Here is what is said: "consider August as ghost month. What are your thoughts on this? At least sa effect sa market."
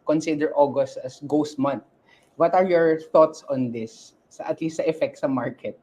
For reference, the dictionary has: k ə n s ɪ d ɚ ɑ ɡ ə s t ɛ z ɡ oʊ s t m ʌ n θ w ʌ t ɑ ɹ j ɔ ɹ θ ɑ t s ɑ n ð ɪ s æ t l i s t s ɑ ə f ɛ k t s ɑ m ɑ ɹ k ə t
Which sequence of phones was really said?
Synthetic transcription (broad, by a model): k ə n s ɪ d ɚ ɑ ɡ ə s t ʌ s ɡ oʊ s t m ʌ n t w ʌ t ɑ ɹ j ɔ ɹ θ ɑ t s ɑ n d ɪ s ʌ t l i s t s ə f ɛ k t s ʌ m ɑ ɹ k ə t